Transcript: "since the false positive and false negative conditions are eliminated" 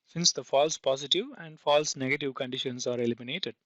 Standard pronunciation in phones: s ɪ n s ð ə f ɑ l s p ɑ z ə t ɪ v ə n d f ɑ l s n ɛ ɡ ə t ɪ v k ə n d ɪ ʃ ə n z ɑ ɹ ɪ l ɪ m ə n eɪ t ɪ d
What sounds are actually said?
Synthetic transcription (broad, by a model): s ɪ n s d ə f ɑ l s p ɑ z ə t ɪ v ə n d f ɑ l s n ɛ ɡ ə t ɪ v k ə n d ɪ ʃ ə n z ɑ ɹ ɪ l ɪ m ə n eɪ t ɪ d